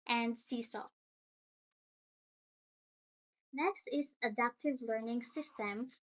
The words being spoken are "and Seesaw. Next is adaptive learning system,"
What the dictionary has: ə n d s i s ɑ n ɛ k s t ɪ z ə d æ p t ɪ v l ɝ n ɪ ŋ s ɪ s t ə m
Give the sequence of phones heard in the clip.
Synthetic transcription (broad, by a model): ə n d s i s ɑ n ɛ k s t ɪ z ə d æ p t ɪ v l ɝ n ɪ ŋ s ɪ s t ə m